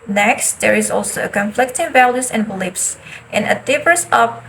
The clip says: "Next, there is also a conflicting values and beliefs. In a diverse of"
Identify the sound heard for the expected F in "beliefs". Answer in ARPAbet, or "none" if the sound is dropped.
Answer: P